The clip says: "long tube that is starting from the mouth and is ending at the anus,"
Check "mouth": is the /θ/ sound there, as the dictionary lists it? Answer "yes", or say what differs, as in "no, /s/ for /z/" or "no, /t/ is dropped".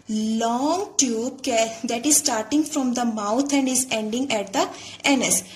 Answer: no, /t/ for /θ/